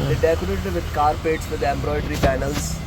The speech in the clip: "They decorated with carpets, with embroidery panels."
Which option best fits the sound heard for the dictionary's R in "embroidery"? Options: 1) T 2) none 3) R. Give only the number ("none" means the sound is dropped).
3